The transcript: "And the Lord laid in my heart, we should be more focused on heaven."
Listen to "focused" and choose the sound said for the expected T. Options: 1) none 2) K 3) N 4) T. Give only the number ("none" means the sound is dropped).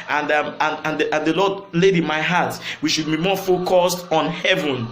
4